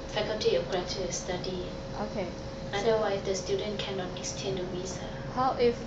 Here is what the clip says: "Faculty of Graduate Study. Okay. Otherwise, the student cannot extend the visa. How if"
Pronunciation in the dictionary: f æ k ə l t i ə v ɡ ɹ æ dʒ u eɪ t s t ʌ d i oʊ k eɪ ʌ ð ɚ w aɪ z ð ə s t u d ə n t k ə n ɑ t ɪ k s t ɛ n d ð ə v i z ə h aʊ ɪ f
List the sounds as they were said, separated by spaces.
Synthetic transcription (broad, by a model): f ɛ k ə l t i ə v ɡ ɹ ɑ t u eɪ s t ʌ d i oʊ k eɪ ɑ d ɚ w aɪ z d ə s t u d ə n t k ə n ɑ t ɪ k s t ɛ n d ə w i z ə h aʊ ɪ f